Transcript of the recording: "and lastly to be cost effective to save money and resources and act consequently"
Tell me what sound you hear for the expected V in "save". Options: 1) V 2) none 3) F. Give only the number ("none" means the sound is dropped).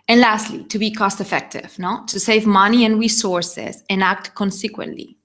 1